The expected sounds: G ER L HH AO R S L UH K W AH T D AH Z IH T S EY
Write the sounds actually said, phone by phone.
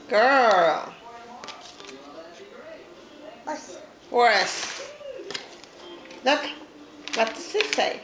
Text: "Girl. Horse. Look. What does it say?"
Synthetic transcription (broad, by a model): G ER L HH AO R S L UH K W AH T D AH S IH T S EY